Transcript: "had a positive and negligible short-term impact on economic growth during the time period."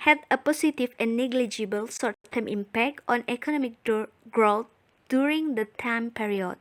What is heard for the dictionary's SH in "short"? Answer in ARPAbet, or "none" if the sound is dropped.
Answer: S